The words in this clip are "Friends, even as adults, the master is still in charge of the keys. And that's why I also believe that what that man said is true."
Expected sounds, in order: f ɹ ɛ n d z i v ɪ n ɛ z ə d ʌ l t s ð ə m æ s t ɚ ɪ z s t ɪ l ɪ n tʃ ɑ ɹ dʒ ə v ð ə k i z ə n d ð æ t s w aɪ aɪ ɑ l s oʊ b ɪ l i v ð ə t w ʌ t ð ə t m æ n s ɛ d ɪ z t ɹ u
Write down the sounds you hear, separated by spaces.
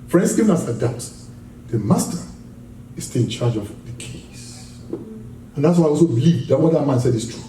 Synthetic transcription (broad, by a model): f ɹ ɛ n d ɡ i v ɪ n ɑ s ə d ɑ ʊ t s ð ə m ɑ s t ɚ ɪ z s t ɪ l ɪ n tʃ ɑ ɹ dʒ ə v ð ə k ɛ s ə n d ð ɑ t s w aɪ aɪ ɑ l s oʊ b ɪ l i v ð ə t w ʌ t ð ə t m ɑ n s ɛ d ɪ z t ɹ u